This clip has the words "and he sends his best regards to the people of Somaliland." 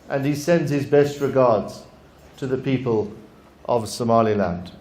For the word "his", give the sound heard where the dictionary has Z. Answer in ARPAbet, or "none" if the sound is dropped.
Z